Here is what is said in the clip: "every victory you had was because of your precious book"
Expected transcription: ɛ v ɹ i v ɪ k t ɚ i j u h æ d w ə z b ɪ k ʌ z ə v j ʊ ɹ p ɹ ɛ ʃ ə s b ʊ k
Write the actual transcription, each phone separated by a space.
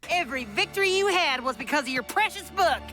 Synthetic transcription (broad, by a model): ɛ v ɹ i v ɪ k t ɚ i j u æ d w ə z b ɪ k ʌ z ə v j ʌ ɹ p ɹ ɛ ʃ ə s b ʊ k